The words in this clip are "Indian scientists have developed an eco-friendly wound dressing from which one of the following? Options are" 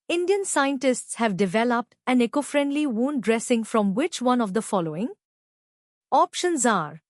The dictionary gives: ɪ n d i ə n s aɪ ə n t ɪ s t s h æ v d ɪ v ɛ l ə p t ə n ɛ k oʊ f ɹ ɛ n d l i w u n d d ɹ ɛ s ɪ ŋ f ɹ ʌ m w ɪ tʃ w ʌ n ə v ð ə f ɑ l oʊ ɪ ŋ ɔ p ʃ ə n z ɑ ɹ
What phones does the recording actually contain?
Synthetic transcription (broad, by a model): ɪ n d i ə n s aɪ ə n t ɪ s t s h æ v d ɪ v ɛ l ə p t ə n ɛ k oʊ f ɹ ɛ n d l i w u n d d ɹ ɛ s ɪ ŋ f ɹ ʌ m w ɪ tʃ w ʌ n ə v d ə f ɑ l oʊ ɪ ŋ ɔ p ʃ ə n z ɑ ɹ